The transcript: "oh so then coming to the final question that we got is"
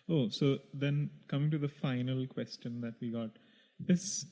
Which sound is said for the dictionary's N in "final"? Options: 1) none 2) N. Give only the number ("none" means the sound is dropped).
2